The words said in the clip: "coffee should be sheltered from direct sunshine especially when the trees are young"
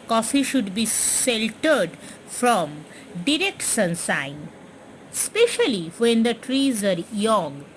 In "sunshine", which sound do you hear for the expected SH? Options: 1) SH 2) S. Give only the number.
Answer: 2